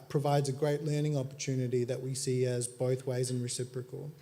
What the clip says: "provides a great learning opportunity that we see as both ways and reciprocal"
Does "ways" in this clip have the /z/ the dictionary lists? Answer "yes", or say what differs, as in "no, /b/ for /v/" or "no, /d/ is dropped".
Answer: yes